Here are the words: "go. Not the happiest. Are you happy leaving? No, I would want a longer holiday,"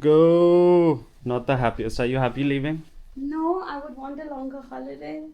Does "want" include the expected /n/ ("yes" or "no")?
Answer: yes